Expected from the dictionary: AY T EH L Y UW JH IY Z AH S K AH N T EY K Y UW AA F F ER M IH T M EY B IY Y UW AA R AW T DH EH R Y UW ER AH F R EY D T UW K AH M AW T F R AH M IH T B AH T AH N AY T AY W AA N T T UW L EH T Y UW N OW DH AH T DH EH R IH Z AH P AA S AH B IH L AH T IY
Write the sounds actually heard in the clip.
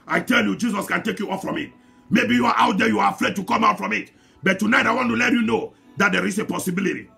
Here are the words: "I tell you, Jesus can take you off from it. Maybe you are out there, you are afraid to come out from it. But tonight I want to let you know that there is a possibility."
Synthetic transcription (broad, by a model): AY T EH L Y UW JH IY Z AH S K AH N T EY K Y UW AA F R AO M IH T M EY B IY Y UW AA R AW T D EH Y UW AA AH F R EY D T UW K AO M AW T F R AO M IH T B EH T AH N AY T AY W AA N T T UW L EH T Y UW N OW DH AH T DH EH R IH S AH P AA S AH B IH L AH T IY